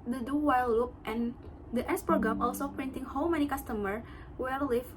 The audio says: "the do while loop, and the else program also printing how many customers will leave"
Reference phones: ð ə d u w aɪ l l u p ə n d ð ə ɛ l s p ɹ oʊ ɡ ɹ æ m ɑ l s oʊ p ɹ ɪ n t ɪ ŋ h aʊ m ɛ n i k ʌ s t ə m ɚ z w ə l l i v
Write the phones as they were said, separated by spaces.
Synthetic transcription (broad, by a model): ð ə d u w aɪ l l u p ə n d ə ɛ s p oʊ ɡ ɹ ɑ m ɑ l s oʊ p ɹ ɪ n t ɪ ŋ h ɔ m ɛ n i k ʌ s t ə m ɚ w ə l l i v